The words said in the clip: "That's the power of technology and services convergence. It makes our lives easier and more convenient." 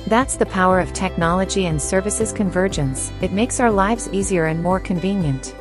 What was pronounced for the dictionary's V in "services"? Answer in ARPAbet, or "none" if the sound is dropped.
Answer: V